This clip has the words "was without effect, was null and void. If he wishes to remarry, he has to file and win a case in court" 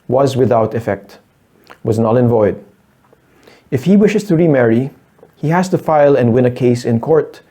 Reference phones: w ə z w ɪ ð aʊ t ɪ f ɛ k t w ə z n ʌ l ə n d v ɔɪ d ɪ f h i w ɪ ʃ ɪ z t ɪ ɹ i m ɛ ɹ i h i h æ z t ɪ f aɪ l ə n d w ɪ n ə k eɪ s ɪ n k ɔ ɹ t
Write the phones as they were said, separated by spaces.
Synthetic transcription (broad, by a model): w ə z w ɪ ð aʊ t ɪ f ɛ k t w ə z n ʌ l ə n v ɔɪ d ɪ f h i w ɪ ʃ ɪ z t ɪ ɹ i m ɛ ɹ i h i h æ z t ɪ f aɪ l ə n d w ɪ n ə k eɪ s ɪ n k ɔ ɹ t